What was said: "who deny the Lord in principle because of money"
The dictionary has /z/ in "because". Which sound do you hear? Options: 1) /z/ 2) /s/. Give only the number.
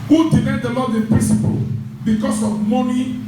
2